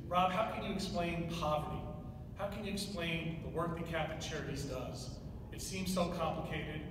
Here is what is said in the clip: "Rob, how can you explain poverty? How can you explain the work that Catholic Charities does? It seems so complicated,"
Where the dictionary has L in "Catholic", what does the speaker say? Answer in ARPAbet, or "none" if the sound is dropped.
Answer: none